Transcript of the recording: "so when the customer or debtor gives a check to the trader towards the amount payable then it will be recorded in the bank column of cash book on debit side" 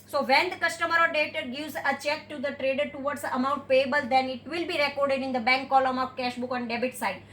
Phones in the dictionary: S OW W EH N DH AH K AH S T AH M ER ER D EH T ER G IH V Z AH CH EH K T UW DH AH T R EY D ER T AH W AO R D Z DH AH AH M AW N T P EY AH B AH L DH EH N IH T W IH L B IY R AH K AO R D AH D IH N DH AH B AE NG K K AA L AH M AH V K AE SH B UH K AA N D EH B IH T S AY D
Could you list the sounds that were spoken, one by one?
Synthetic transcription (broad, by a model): S OW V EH N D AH K AH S T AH M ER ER D EH T ER G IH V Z AH CH EH K T UW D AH T R EY D ER T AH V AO R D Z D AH AH M AW N T P EY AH B AH L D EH N IH T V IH L B IY R AH K AO R D AH D IH N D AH B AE NG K K AA L AH M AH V K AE SH B UH K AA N D EH B IH T S AY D